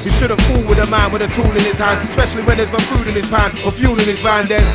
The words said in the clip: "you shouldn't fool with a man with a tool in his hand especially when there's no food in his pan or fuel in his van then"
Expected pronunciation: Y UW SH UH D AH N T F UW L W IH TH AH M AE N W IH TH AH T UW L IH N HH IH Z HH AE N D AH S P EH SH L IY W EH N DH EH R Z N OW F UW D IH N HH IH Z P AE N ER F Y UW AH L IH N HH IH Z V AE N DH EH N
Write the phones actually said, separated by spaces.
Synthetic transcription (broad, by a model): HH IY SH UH D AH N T F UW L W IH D AH M AE N W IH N AH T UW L IH N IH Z HH AE N D AH S P EH SH L IY W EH N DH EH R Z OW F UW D IH N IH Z P AE N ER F Y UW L IH N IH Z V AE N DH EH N